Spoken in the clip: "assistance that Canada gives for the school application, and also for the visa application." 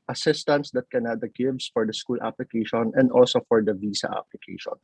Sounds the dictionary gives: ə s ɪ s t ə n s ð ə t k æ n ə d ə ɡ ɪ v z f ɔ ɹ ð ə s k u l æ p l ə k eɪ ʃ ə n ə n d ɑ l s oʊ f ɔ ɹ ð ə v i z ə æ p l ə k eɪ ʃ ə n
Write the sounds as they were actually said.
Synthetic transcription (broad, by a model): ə s ɪ s t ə n s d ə t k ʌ n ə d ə ɡ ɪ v s f ɔ ɹ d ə s k u l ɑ p l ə k eɪ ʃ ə n ə n d ɑ l s oʊ f ɔ ɹ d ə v i s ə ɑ p l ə k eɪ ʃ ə n